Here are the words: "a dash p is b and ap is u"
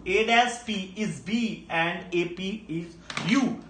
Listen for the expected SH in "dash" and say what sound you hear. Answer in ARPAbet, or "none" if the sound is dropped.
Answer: S